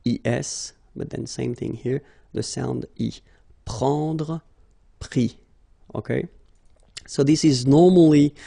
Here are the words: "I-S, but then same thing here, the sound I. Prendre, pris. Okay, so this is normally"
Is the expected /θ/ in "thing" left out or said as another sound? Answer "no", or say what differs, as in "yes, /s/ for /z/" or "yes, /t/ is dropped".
no